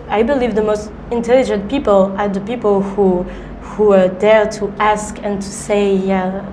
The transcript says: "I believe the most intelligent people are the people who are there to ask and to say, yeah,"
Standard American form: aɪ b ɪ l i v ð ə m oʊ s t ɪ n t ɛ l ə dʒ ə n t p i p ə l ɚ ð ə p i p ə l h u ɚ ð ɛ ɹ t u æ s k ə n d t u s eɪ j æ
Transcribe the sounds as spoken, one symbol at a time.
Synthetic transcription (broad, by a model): aɪ b ɪ l i v ð ə m oʊ s t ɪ n t ɛ l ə dʒ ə n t p i p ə l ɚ ð ə p i p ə l h u ɚ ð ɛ ɹ t u æ s k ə n t u s eɪ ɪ